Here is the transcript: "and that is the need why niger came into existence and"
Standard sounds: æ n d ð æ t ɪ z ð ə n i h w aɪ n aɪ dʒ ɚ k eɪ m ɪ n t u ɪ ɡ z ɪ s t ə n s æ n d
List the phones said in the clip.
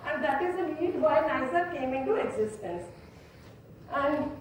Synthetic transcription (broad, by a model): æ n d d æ t ɪ z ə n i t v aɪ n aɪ z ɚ k eɪ m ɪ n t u ɪ ɡ z ɪ s t ə n s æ n d